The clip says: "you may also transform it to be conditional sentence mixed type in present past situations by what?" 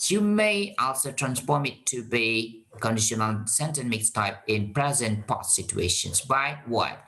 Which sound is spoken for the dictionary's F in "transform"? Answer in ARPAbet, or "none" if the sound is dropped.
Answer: F